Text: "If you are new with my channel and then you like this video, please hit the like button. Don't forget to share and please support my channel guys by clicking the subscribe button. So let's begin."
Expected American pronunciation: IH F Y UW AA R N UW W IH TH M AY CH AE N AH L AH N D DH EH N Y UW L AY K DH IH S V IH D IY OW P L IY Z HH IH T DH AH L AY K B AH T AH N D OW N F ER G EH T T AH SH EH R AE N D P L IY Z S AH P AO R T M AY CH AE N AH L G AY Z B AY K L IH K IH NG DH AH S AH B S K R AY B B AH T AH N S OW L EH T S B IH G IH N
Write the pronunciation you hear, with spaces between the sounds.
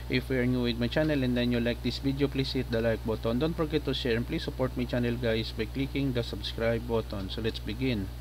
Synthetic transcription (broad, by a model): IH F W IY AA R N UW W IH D M AY CH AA N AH L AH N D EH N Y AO L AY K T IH S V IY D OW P L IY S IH T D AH L AY K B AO T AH N D OW N P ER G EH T T AH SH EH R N P L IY S AH P AO R T M AY CH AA N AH L G AY S B AY K L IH K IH NG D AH S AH B S K R AY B B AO T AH N S OW L EH T S B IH G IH N